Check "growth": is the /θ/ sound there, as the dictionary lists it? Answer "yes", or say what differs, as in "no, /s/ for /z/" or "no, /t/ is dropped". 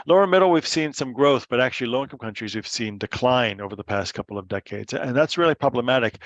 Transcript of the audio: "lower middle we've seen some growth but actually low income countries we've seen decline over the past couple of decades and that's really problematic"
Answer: yes